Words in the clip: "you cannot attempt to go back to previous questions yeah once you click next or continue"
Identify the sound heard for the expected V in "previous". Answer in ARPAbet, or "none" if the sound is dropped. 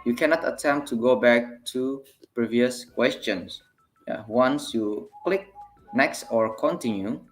V